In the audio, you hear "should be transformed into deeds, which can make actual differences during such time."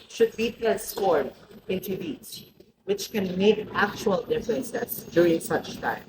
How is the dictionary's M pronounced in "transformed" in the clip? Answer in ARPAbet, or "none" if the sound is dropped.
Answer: none